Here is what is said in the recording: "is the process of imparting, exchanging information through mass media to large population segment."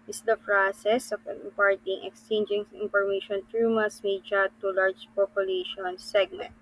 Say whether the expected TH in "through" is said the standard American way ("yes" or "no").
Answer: no